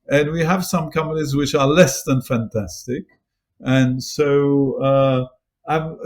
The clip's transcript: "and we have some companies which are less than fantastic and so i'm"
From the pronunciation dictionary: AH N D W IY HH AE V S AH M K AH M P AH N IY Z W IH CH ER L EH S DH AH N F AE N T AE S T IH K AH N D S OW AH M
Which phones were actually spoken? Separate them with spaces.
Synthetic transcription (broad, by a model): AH N W IY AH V S AH M K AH M AH L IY Z W IH CH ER L EH S DH AH N F AE N T AE S T IH K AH N S OW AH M